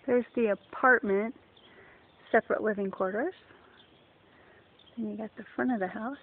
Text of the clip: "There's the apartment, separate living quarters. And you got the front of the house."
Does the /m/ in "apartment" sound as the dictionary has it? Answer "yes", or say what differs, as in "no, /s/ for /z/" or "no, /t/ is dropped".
yes